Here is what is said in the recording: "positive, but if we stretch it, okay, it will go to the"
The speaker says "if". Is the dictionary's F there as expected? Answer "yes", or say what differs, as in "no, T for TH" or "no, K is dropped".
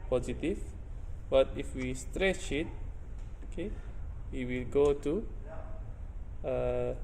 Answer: yes